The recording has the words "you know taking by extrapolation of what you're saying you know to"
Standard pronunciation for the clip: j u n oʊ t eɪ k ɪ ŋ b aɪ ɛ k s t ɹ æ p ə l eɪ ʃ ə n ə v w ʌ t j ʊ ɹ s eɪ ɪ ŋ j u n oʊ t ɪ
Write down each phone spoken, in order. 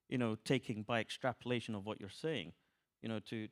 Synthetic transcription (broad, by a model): j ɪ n oʊ t eɪ k ɪ ŋ b aɪ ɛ k s t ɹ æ p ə l eɪ ʃ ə n ə v w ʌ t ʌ ɹ s eɪ ɪ ŋ j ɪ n oʊ t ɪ